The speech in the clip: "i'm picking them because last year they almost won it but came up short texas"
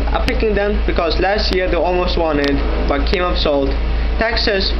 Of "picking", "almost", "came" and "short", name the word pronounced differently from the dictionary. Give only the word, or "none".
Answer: short